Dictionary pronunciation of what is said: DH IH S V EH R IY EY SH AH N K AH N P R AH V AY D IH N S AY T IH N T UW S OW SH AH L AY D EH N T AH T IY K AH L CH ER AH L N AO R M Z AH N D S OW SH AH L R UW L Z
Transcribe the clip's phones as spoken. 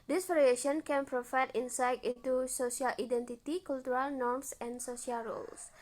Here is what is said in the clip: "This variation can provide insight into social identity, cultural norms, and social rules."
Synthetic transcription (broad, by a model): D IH S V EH R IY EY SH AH N K AH N P R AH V AY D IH N S AY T IH N T UW S OW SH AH L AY D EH N T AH T IY K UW L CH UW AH L N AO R M S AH N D S OW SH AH L R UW L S